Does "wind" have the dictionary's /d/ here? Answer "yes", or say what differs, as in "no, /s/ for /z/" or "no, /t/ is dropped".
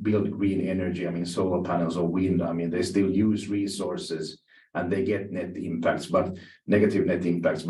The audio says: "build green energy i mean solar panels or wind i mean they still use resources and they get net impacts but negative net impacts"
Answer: yes